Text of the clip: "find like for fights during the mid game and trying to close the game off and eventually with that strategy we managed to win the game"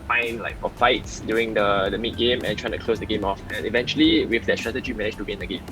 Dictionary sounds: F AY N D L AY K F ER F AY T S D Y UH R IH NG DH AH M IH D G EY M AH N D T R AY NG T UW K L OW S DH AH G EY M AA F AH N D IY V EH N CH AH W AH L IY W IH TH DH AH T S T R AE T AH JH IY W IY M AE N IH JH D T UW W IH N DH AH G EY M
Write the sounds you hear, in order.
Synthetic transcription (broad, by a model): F AY N L AY K F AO F AY T S D Y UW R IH NG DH AH M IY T G EY M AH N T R AY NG T UW K L OW S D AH G EY M AA F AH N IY V EH N CH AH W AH L IY W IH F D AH T S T R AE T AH JH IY IY M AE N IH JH T UW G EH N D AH G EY M